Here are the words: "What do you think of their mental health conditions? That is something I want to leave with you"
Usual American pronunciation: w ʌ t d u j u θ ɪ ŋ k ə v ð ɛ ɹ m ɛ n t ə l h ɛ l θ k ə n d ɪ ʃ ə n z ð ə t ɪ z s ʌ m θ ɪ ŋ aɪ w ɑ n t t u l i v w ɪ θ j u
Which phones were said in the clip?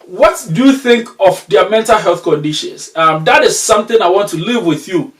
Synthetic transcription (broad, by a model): w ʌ t d u j u θ ɪ ŋ k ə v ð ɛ m ɛ n t ə l h ɛ l θ k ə n d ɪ ʃ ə n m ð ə t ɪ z s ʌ m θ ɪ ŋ aɪ w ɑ n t t u l i v w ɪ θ j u